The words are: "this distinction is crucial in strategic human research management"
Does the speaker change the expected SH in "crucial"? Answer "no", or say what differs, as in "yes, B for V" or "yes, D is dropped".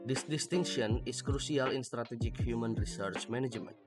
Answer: yes, S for SH